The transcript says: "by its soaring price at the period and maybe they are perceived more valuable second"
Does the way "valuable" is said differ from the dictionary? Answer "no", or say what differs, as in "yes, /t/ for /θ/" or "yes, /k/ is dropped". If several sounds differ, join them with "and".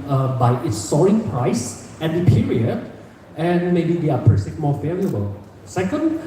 yes, /f/ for /v/